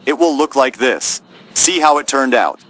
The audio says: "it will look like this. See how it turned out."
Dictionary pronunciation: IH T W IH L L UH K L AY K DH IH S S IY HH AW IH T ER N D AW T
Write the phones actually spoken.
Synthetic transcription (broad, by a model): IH T W IH L L UH K L AY K DH IH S S IY HH AW IH T ER N D AW T